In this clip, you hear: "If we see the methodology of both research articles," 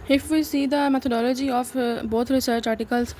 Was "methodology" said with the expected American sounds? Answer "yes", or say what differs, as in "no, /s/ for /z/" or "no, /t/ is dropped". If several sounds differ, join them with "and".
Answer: no, /t/ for /θ/